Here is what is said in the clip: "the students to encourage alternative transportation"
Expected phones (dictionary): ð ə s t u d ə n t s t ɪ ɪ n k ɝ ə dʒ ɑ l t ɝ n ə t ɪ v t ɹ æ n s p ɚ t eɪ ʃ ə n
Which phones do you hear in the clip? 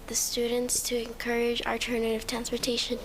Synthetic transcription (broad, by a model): ð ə s t u d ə n t s t ɪ ɪ n k ɝ ə dʒ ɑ t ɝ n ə t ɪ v t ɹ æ n s p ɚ t eɪ ʃ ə n